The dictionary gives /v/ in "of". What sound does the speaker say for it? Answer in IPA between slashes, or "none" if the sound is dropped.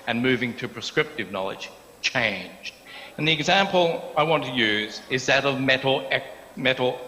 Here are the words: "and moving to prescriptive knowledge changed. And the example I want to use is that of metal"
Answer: /v/